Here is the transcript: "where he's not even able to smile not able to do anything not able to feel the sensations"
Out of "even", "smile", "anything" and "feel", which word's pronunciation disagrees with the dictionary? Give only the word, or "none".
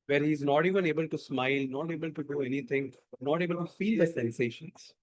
anything